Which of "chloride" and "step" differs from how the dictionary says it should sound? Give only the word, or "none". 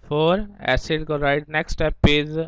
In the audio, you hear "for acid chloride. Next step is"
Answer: chloride